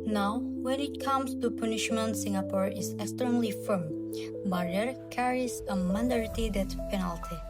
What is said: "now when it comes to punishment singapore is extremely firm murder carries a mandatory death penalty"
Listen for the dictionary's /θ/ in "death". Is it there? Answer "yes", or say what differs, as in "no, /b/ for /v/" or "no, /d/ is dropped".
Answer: no, /t/ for /θ/